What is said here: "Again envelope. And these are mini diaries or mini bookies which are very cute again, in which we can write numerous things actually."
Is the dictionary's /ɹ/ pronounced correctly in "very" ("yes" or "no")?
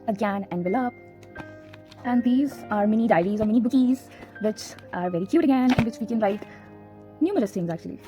yes